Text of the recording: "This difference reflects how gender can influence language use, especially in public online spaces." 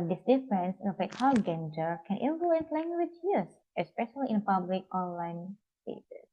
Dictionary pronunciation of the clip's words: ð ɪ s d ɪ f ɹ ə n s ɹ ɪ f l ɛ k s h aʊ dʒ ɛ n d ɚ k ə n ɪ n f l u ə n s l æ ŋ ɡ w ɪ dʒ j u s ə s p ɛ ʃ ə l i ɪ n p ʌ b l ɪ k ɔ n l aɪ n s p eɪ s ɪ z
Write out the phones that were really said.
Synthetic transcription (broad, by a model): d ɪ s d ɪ f ɹ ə n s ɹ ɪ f ɛ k h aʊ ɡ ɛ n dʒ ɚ k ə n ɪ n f l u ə n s l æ ŋ ɡ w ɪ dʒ j u s ə s p ɛ ʃ ə l i ɪ n p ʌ b l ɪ k ɔ n l aɪ n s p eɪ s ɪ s